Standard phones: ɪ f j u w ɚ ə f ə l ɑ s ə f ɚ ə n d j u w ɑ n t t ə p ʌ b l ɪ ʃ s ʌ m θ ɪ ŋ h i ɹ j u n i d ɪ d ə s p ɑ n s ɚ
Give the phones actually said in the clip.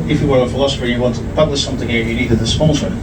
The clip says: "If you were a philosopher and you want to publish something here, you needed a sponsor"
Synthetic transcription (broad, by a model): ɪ f j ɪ w ɚ ə f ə l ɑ s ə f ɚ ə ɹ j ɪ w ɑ n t t ə p ʌ b l ɪ ʃ s ʌ m θ ɪ ŋ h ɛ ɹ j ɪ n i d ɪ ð ə s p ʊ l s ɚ